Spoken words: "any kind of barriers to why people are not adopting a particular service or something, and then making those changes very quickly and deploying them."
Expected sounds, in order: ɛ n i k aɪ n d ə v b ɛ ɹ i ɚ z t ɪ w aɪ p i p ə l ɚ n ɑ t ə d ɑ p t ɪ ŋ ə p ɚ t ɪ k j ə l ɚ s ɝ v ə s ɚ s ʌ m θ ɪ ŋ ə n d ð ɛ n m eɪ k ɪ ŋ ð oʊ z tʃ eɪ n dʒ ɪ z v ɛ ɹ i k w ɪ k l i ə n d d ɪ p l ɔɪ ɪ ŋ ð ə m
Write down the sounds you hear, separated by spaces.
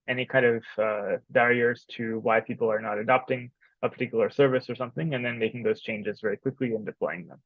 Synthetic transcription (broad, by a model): ɛ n i k aɪ n d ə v b ɛ ɹ i ɚ z t ɪ w aɪ p i p l ɚ n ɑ t ə d ɑ p t ɪ ŋ ə p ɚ t ɪ k j l ɚ s ɝ v ə s ɚ s ʌ m θ ɪ ŋ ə n ð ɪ n m eɪ k ɪ ŋ ð oʊ z tʃ eɪ n dʒ ɪ z v ɛ ɹ i k w ɪ k l i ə n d d ɪ p l ɔɪ ɪ ŋ ð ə m